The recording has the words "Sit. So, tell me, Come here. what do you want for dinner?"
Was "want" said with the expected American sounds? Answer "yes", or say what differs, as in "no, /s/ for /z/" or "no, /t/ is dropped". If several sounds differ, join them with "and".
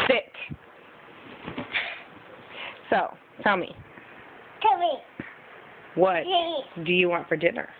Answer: yes